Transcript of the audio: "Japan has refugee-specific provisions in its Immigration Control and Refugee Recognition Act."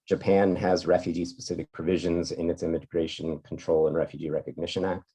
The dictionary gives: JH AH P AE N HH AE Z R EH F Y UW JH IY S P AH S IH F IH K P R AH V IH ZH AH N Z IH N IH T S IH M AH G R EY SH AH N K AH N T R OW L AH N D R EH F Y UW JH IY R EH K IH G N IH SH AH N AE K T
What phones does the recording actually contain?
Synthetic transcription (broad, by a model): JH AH P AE N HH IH Z R EH F Y UW JH IY S P AH S IH F IH K P R AH V IH ZH AH N Z IH N IH T S IH M AH G R EY SH AH N K N T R OW L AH N R EH F Y UW JH IY R EH K IH G N IH SH AH N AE K T